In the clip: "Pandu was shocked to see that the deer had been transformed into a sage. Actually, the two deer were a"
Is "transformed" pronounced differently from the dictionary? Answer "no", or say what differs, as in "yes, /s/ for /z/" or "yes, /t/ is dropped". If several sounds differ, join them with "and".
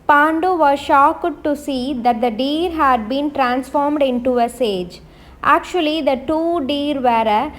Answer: no